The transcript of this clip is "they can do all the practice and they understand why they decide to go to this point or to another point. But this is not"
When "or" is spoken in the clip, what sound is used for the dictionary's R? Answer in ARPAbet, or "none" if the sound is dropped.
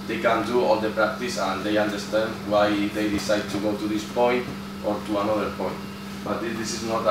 R